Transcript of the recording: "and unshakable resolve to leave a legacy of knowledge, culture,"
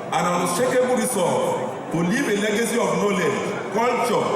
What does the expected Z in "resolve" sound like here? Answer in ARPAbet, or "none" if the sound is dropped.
S